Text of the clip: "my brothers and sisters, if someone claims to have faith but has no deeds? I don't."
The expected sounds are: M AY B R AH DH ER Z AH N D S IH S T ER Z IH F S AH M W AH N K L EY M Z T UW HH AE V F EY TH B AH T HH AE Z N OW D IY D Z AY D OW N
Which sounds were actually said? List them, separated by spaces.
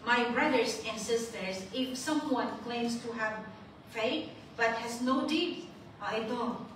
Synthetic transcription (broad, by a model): M AY B R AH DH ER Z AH N S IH S T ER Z IH F S AH M W AH N K L EY M S T UW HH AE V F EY T B AH T HH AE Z N OW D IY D AY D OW